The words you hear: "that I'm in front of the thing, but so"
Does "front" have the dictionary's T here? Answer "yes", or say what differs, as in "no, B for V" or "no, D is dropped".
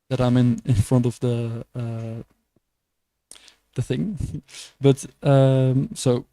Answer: yes